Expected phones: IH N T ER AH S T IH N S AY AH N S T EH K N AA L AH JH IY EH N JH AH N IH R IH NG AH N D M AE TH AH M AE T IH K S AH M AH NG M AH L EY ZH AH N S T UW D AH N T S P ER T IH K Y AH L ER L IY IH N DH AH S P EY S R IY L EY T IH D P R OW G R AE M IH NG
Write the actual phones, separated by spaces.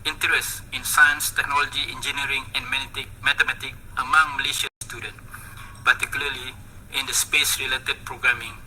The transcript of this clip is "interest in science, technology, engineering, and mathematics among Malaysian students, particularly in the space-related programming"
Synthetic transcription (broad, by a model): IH N T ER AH S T IH N S AY AH N S T EH K N AA L AH JH IY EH N JH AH N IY R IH NG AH N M M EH T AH M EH T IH K AH M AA NG M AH L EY SH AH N S T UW D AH N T P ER T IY K Y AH L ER L IY IH N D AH S P EY S R IY L EY T IH D P R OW G R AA M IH NG